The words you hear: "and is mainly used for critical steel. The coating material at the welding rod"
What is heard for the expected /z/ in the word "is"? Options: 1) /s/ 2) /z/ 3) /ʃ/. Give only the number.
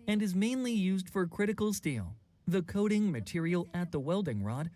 2